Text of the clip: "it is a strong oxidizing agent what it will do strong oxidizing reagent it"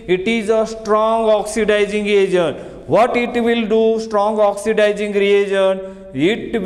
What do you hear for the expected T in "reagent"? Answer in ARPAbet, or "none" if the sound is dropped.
none